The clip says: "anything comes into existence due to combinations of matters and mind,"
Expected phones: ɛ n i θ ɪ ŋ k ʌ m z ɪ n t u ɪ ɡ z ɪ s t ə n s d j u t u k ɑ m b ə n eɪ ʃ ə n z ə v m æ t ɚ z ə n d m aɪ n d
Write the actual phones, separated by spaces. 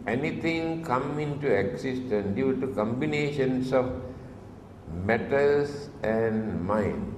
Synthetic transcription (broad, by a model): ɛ n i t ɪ ŋ k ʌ m ɪ n t u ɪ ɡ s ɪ s t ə n d j u t u k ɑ m b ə n eɪ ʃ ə n s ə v m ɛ t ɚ s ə n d m aɪ n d